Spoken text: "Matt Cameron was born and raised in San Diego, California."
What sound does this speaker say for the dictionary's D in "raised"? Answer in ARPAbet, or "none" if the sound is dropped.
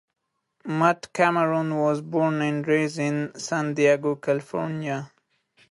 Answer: none